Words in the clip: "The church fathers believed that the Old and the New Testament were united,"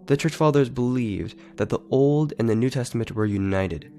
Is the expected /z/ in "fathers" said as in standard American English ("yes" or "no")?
yes